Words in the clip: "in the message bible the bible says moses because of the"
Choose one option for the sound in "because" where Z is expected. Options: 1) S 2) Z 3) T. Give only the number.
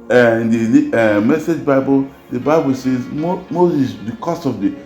1